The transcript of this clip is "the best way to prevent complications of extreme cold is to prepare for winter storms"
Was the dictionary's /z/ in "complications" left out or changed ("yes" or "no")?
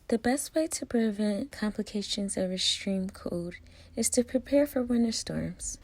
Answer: no